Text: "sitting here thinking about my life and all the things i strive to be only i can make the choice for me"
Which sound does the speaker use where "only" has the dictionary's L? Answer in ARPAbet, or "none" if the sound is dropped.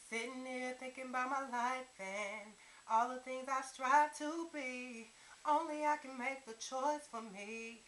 L